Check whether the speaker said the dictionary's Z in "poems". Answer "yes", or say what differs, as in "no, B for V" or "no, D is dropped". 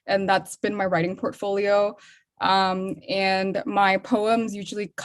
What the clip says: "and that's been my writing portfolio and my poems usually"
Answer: yes